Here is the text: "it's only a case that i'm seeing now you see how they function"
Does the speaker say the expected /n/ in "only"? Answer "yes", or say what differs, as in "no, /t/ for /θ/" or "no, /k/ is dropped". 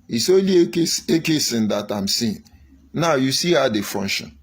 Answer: no, /n/ is dropped